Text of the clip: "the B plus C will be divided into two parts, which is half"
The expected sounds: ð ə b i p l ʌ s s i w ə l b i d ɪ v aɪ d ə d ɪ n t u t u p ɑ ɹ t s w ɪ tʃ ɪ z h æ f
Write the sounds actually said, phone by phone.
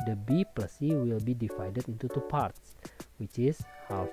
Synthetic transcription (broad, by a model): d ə b i p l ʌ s s i w ə l b i d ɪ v aɪ d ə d ɪ n t u t u p ɑ ɹ t s w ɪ tʃ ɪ s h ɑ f